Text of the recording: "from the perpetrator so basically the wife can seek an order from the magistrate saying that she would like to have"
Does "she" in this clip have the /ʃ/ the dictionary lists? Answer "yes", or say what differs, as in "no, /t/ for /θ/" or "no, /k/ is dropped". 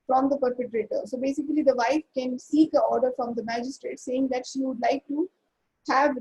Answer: yes